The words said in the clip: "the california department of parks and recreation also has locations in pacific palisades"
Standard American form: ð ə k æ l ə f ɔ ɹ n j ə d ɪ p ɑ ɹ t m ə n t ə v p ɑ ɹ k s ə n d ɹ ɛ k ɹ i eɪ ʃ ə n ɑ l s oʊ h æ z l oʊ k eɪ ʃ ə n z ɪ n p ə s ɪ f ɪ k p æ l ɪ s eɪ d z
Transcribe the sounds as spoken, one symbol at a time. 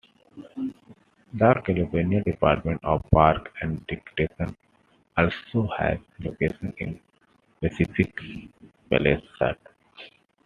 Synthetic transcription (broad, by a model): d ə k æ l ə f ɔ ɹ n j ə d ɪ p ɑ ɹ t m ə n t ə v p ɑ ɹ k ə n d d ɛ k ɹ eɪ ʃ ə n ɑ l s oʊ h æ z l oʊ k eɪ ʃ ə n ɪ n p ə s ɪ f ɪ k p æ l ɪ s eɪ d